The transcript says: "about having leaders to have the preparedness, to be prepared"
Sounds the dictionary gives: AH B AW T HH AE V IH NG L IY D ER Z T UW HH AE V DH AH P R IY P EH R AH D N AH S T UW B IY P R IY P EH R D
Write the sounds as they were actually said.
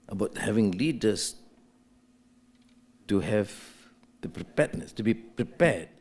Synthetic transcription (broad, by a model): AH B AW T HH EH V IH NG L IY D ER S T UW HH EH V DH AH P R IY P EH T N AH S T UW B IY P R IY P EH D